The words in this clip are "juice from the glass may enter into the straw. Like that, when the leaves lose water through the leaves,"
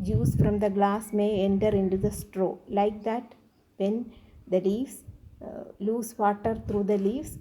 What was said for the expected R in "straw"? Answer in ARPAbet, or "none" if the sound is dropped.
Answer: R